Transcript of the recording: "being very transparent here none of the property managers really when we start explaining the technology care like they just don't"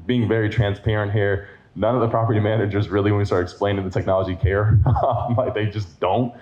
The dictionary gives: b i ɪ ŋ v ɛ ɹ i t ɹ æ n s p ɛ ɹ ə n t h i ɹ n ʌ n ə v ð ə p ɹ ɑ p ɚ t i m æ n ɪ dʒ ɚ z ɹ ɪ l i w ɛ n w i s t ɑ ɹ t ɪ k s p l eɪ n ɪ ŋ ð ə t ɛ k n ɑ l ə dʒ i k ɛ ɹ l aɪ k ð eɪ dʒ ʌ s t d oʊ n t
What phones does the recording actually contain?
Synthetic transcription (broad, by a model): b i ɪ ŋ v ɛ ɹ i t ɹ æ n s p ɛ ɹ ə n t h i ɹ n ʌ n ə v ð ə p ɹ ɑ p ɚ t i m æ n ɪ dʒ ɚ z ɹ ɪ l i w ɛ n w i s t ɑ ɹ t ɪ k s p l eɪ n ɪ ŋ ð ə t ɛ k n ɑ l ə dʒ i k ɛ ɹ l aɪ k ð eɪ dʒ ʌ s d oʊ n t